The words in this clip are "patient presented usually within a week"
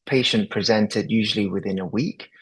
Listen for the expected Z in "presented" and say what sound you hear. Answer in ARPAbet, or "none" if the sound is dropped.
Z